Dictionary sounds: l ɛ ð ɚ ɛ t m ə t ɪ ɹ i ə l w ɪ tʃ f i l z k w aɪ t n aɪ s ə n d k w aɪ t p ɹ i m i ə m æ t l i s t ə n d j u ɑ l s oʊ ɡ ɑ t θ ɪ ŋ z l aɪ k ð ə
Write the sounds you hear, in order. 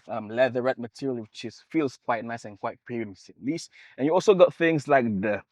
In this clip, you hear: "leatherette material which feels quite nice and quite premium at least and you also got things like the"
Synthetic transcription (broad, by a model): l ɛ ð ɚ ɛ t m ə t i ɹ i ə l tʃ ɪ s f i l s k w aɪ t n aɪ s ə n k w aɪ t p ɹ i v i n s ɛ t l i s t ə n j u ɑ l s oʊ ɡ ɑ t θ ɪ ŋ s l aɪ k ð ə